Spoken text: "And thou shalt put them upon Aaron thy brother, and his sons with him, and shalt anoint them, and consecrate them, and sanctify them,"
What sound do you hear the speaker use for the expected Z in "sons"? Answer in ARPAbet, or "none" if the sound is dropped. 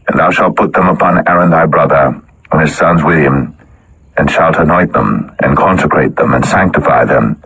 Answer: Z